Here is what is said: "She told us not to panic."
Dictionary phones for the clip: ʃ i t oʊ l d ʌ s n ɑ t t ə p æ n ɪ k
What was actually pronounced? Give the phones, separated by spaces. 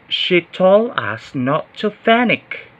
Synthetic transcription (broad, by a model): ʃ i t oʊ l ʌ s n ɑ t t ə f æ n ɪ k